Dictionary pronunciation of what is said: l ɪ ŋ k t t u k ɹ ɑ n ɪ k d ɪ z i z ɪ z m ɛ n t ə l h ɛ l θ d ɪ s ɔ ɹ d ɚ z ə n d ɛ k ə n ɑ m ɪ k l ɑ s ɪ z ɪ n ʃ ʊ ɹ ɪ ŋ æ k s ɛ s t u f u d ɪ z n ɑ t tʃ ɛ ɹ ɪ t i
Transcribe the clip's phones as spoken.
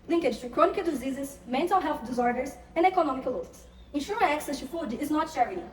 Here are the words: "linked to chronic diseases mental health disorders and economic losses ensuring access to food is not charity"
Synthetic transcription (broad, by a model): l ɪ ŋ k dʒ t u k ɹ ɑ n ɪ k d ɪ z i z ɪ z m ɛ n t ə l h ɛ l θ d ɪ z ɔ ɹ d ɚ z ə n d ɛ k ə n ɑ m ɪ k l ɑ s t s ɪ n ʃ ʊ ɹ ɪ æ k s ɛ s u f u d ɪ z n ɑ t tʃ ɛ ɹ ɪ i